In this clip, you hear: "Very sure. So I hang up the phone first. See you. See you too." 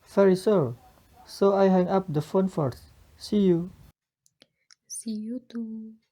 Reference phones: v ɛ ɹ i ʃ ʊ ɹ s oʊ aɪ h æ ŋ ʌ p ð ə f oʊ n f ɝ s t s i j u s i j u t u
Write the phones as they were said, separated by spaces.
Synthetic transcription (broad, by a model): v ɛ ɹ i s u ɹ s oʊ aɪ h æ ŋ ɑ p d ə f oʊ n f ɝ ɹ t s i j u s i j u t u